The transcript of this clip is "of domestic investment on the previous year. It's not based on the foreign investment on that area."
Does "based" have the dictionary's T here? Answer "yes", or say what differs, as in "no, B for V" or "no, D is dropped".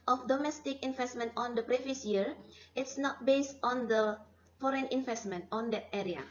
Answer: yes